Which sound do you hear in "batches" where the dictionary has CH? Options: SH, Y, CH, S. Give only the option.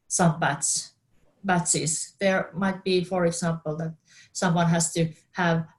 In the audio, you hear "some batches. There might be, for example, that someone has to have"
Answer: S